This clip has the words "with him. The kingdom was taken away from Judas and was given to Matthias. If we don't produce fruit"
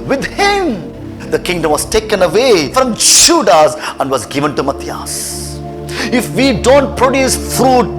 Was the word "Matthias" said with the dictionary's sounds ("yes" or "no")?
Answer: no